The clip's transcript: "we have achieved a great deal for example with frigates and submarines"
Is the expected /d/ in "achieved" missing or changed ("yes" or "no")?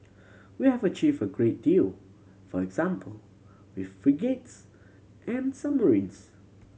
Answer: yes